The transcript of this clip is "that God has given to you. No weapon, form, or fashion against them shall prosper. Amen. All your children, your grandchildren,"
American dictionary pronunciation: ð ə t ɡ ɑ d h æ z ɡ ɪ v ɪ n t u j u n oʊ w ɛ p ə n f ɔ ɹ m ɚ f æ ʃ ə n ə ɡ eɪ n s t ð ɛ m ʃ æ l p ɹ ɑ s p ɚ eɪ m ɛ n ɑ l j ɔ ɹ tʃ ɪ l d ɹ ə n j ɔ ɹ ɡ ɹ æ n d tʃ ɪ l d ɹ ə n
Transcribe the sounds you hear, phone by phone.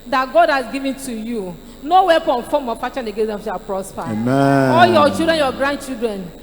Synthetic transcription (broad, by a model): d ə t ɡ ɑ d h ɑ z ɡ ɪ v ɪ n t u j u n oʊ w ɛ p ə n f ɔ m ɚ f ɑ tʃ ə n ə ɡ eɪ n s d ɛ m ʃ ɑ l p ɹ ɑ s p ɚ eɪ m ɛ ɑ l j ɔ tʃ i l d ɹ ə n j ɔ ɡ ɹ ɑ n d tʃ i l d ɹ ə n